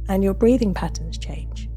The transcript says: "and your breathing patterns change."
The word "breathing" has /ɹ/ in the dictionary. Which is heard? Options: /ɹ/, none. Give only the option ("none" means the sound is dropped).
/ɹ/